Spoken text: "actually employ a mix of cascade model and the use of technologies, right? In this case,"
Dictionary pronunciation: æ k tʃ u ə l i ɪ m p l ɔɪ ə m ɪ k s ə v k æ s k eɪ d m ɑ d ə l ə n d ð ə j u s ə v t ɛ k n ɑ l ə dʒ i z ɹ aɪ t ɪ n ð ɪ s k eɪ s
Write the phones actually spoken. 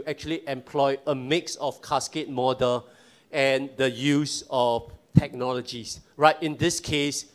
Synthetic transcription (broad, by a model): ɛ k tʃ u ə l i ɪ m p l ɔɪ ə m ɪ k s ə f k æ s k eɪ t m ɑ d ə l ə n d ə j u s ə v t ɛ k n ɑ l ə dʒ i s ɹ aɪ t ɪ n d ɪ s k eɪ s